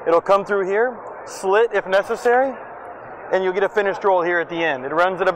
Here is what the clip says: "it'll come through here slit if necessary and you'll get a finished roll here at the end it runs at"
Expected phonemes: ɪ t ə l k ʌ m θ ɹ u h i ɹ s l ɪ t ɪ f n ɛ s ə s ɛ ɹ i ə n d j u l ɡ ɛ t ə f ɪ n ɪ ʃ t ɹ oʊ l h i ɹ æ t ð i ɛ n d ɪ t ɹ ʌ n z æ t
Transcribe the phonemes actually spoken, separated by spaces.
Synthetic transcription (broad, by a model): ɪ t l k ʌ m θ ɹ u h i ɹ s l ɪ t ɪ f n ɛ s ə s ɛ ɹ i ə n j u l ɡ ɛ t ə f ɪ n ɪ ʃ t ɹ oʊ l h i ɹ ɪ t ð i ɛ n d ɪ t ɹ ʌ n z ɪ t